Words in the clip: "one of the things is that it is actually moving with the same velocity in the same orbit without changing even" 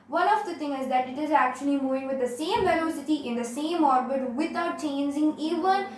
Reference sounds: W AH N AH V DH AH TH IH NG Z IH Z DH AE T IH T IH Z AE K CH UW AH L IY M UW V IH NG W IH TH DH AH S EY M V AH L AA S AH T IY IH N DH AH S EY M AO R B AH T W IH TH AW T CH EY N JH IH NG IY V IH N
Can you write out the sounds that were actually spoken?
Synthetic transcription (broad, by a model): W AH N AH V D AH T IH NG IH Z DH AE T IH T IH Z AE K CH UW AH L IY M UW V IH NG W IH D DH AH S EY M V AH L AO S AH T IY IH N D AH S EY M AO R B AH T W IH T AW T CH EY N JH IH NG IY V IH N